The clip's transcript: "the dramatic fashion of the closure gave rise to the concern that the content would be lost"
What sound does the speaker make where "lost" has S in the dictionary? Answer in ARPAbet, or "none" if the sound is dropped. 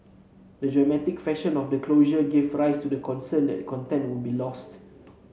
S